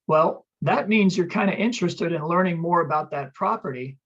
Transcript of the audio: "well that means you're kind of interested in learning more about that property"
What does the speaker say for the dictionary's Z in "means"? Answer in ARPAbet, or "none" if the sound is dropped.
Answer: Z